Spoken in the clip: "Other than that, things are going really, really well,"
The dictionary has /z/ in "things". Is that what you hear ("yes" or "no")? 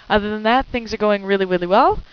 yes